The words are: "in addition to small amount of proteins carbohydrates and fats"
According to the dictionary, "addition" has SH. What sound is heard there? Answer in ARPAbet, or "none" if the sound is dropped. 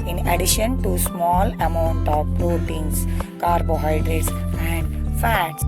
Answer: SH